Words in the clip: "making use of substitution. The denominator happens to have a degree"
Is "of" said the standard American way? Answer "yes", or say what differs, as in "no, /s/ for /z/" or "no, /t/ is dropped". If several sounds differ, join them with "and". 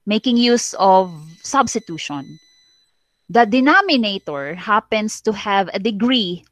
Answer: yes